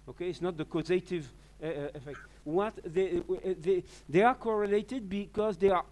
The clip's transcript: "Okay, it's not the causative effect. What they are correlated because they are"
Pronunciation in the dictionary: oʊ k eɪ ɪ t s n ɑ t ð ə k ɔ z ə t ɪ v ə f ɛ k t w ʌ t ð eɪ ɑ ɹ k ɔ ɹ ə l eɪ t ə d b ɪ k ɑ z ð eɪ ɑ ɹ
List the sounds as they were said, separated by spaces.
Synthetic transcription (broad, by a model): oʊ k eɪ ɪ t s n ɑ t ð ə k ɔ z ə t ɪ v ə f ɛ k t w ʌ t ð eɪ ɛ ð k ɔ ɹ ə l eɪ t ə d b ɪ k ɑ z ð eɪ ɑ ɹ